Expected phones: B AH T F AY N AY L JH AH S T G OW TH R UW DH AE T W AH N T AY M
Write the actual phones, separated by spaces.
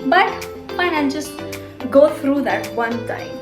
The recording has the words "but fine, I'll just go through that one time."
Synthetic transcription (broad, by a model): B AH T P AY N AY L JH AH S T G OW T R UW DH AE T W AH N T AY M